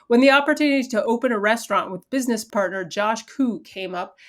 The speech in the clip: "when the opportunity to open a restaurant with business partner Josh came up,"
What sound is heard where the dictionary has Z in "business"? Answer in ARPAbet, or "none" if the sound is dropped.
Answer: Z